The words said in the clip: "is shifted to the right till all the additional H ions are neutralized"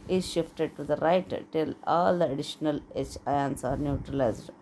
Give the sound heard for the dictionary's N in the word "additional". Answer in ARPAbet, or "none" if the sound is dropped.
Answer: N